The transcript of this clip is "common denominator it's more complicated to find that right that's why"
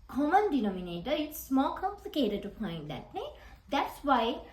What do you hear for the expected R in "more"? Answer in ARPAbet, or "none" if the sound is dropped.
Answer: L